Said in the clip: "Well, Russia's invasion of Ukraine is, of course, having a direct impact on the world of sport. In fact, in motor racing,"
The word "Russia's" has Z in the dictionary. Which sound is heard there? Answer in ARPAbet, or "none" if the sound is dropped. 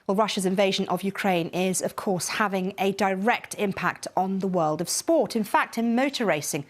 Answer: Z